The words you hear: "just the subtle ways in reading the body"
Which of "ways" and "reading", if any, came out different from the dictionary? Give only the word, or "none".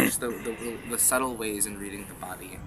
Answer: none